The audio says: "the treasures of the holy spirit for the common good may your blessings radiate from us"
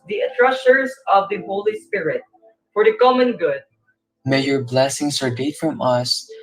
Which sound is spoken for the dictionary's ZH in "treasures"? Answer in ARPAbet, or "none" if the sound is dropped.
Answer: S